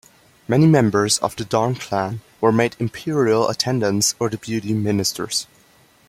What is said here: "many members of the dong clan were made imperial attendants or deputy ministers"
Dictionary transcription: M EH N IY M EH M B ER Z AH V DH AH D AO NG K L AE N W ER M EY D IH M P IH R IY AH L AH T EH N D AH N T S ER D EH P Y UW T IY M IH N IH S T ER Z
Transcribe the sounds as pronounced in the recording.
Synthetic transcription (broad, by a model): M EH N IY M EH M B ER Z AH V DH AH D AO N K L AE N W ER M EY D IH M P IH R IY AH L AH T EH N D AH N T S ER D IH B Y UW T IY M IH N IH S T ER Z